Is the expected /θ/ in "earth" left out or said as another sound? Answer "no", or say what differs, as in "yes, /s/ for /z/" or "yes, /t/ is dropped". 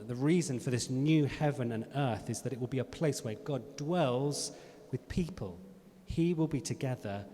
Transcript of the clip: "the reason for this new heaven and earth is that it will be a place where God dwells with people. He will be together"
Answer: no